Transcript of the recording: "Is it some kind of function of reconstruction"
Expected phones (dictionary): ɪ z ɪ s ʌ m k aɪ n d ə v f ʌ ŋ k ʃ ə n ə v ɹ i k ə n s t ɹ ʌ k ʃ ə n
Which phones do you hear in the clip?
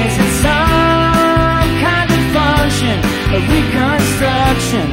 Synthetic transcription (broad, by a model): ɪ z ɪ s ʌ m k aɪ n d ə v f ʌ k ʃ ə n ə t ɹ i k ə n s t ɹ ʌ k ʃ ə n